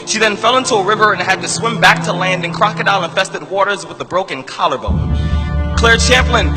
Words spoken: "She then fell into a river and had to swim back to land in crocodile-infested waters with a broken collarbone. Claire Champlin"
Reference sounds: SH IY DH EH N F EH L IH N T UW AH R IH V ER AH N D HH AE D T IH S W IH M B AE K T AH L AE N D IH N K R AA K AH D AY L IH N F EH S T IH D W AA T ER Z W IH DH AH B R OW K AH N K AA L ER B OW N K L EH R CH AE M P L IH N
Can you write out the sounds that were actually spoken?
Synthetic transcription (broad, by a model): SH IY DH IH N F EH L IH N T UW AH R IH V ER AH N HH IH D T IH S W IH M B AE K T AH L AE N D IH N K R AA K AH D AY N IH N F EH S T IH D W AA T ER Z W IH DH AH B R OW K AH N K AA L ER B OW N K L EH R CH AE M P L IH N